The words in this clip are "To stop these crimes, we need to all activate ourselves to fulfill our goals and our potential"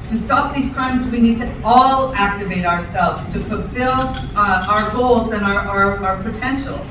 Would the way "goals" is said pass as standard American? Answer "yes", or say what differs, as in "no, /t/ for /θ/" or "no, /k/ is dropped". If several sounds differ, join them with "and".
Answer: yes